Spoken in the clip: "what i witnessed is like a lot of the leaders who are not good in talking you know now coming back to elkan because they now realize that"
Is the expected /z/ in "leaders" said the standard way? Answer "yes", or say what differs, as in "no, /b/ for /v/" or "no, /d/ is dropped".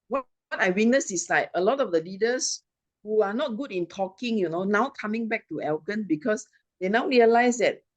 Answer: no, /s/ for /z/